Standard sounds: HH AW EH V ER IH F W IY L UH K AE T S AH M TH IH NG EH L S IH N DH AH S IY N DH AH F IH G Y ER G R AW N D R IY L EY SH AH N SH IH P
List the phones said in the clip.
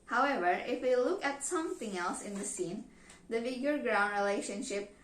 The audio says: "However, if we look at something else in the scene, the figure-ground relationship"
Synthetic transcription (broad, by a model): HH AW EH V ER IH F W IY L UH K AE T S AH M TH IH NG EH L S IH N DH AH S IY N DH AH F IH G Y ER G R AW N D R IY L EY SH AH N SH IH P